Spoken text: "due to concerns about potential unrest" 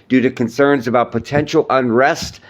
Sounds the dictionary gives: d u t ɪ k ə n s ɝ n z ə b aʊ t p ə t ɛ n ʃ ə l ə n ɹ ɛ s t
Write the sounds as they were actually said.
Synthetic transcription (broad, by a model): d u t ɪ k ə n s ɝ n z ə b aʊ t p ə t ɛ n ʃ l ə n ɹ ɛ s t